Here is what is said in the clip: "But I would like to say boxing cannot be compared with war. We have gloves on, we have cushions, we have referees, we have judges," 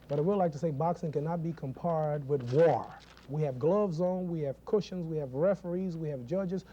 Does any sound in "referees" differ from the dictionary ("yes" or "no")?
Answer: no